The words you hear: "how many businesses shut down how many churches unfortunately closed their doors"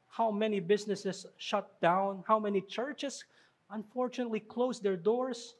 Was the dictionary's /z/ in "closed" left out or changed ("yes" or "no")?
yes